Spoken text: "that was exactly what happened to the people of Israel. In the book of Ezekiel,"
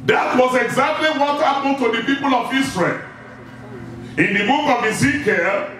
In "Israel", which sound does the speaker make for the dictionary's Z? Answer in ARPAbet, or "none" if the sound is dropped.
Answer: S